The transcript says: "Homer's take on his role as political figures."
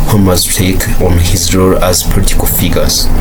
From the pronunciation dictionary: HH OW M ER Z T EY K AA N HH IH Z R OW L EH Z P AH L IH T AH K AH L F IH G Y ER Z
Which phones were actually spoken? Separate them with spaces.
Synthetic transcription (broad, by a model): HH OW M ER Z T EY K AA N HH IH Z R OW L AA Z P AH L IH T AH K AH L F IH G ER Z